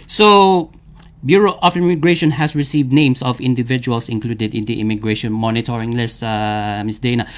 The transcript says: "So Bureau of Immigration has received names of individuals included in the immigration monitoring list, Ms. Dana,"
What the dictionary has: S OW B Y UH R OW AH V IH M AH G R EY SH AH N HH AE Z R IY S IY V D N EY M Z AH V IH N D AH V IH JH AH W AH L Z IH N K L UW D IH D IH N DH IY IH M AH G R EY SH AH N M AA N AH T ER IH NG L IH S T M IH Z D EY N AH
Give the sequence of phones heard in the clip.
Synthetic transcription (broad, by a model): S OW B Y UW R OW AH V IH M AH G R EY SH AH N HH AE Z R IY S IY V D N EY M S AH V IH N D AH V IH JH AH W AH L S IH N K L UW D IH D IH N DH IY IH M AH G R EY SH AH N M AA N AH T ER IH NG L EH S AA M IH S D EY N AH